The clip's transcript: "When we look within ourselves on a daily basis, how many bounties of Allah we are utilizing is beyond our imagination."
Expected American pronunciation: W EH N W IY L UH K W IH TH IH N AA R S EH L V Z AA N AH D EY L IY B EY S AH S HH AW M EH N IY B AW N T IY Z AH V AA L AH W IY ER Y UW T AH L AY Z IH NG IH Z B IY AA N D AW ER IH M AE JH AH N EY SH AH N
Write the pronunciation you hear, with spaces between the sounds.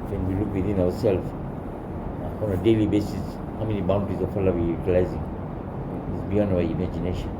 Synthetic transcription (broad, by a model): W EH N W IY L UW K W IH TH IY N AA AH S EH L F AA AA N AH D EY L IY B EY S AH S HH AW M EH N IY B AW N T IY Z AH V AA L AH W IY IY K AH L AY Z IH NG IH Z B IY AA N AW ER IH M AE JH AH N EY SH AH N